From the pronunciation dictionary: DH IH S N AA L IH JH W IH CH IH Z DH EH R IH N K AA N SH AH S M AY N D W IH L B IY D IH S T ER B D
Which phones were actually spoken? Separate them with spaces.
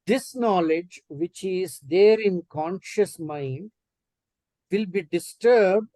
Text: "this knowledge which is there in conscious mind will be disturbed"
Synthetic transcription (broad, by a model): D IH S N AA L IH JH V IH CH IH Z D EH R IH N K AA N SH AH S M AY N D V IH L B IY D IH S T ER B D